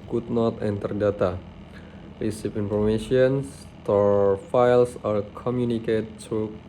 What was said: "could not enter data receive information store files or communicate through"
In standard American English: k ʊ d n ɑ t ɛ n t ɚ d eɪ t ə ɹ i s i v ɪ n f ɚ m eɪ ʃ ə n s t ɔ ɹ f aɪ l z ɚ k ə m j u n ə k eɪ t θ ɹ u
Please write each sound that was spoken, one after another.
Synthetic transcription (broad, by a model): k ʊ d n ɑ t ɛ n t ɚ d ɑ t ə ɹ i s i p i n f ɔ m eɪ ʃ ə n s t ɔ ɹ f aɪ l s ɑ k ə m j u n ə k eɪ t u